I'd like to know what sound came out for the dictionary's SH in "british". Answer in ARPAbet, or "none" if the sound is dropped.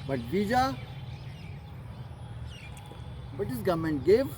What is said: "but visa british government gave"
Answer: S